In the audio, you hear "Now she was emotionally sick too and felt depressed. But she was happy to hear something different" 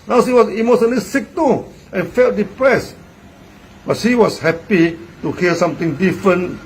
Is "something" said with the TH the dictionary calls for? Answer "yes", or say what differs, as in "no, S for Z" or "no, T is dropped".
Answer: no, T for TH